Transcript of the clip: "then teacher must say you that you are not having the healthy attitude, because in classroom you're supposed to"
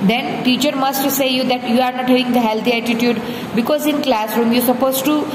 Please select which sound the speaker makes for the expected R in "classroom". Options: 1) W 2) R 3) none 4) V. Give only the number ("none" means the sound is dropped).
2